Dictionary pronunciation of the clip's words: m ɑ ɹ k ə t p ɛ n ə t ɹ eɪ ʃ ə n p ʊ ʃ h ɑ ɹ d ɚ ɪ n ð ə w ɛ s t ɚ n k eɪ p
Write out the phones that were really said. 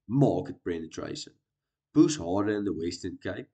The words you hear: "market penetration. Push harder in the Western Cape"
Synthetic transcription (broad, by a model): m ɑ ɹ k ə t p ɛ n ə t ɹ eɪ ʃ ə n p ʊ s h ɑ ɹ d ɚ ɪ n ð ə w ɛ s t ɚ n k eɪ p